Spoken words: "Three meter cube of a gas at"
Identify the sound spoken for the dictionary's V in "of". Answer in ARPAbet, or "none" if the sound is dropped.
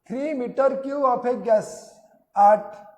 P